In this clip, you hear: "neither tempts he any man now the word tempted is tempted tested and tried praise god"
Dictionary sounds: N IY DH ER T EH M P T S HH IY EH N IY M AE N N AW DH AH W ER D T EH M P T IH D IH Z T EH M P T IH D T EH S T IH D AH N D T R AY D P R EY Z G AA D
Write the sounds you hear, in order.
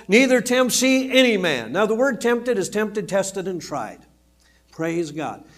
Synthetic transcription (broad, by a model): N IY DH ER T EH M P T S IY EH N IY M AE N N AW DH AH W ER D T EH M P T IH D IH Z T EH M P T IH D T EH S T IH D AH N T R AY D P R EY Z G AA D